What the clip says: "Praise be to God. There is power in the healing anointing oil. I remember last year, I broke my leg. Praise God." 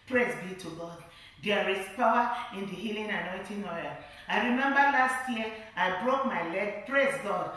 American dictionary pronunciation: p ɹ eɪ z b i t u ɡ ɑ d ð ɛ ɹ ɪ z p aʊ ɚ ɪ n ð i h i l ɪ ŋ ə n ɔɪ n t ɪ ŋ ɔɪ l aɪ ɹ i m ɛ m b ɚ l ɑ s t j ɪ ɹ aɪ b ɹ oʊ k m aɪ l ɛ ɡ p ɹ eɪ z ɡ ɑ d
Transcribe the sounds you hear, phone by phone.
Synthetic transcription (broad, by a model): p ɹ eɪ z b i t u ɡ ɑ d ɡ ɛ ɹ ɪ s p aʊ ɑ ɪ n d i h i l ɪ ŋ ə n ɔɪ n t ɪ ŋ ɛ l aɪ ɹ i m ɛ m b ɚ l ɑ s t j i aɪ b ɹ oʊ k m aɪ l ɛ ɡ p ɹ eɪ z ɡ ɑ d